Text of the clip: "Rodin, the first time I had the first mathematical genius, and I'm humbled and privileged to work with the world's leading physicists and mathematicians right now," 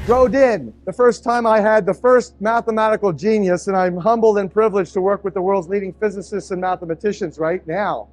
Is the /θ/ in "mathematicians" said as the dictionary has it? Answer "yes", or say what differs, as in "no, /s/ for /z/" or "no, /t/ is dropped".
yes